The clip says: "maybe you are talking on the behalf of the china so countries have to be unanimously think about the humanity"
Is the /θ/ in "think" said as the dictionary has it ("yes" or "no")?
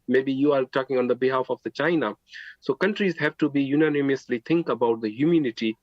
no